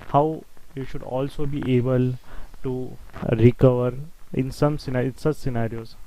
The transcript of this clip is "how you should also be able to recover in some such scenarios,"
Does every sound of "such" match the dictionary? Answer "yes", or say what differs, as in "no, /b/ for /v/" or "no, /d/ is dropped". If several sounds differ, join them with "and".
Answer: no, /s/ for /tʃ/